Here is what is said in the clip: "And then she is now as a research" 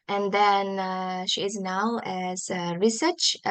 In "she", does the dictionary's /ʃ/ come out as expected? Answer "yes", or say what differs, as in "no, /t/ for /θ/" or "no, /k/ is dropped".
yes